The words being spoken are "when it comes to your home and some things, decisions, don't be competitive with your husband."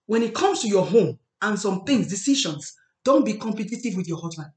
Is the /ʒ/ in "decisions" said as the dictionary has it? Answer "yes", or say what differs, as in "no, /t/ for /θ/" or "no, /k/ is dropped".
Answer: no, /ʃ/ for /ʒ/